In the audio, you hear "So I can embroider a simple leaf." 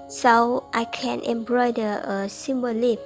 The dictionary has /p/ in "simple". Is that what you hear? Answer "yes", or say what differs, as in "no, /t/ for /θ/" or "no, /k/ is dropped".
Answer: no, /b/ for /p/